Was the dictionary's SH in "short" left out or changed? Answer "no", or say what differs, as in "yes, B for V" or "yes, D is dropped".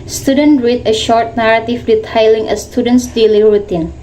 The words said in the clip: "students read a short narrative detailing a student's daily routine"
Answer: no